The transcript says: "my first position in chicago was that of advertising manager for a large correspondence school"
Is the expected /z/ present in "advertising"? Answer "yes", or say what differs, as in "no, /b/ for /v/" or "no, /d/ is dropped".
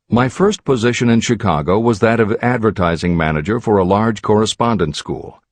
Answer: yes